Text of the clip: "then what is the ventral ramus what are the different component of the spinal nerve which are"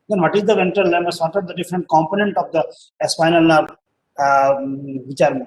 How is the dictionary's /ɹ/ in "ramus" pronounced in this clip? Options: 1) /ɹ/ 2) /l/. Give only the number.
2